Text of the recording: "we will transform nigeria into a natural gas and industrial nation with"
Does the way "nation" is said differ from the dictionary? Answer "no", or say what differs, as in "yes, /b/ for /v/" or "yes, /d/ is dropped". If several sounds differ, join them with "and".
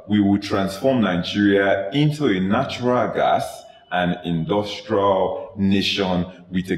no